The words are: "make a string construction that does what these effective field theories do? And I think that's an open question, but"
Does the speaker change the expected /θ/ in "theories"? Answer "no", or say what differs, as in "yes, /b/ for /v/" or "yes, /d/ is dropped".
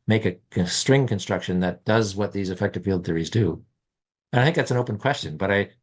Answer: no